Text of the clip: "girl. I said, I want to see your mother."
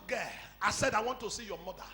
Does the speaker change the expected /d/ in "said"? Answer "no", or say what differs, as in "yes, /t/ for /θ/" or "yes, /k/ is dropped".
no